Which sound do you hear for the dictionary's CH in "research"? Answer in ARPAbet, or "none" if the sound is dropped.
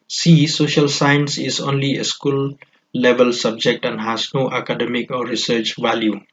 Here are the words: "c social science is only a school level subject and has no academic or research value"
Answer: CH